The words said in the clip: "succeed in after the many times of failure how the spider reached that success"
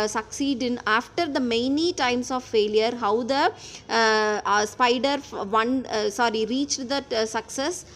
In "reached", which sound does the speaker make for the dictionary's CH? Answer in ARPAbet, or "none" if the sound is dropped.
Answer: CH